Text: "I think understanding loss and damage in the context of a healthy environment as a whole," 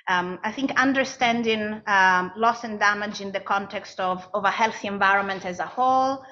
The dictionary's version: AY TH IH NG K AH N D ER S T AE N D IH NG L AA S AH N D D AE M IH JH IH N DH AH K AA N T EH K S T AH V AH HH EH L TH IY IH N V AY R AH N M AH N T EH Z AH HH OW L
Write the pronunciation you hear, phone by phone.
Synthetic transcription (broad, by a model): AY TH IH NG K AH N D ER S T AE N D IH NG L AA S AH N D D AE M IH JH IH N DH AH K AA N T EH K S T AH V AH HH EH L TH IY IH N V AY R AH N M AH N T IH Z AH HH OW L